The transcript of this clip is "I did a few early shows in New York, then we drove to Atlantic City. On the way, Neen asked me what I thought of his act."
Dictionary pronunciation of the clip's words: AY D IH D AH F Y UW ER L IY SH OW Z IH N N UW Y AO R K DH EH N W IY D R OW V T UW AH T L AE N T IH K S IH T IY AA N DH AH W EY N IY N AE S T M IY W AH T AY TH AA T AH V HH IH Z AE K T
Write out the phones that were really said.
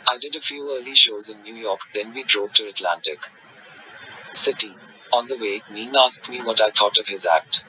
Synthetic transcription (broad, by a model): AY D IH D AH F Y UW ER L IY SH OW Z IH N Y UW Y AO R K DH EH N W IY D R OW V T UW AH T L AE N T IH K S IH T IY AA N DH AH W EY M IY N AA S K M IY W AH T AY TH AA T AH V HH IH Z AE K T